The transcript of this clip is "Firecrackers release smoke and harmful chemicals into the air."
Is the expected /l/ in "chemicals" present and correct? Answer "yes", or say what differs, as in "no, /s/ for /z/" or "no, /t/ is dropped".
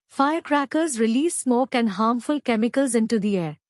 yes